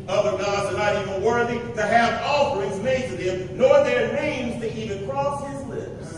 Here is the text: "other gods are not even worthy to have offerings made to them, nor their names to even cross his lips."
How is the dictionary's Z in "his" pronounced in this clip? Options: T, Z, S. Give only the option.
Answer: Z